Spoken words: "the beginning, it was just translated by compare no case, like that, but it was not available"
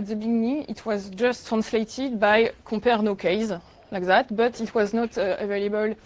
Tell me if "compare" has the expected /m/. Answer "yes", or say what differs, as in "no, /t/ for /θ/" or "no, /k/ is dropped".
no, /m/ is dropped